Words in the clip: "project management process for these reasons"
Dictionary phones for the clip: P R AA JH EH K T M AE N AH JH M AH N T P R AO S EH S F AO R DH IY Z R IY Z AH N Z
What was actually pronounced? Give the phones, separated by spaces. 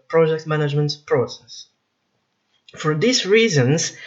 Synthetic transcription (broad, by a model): P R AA JH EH K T M AE N AH JH M AH N T P R AO S EH S F AO R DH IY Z R IY Z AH N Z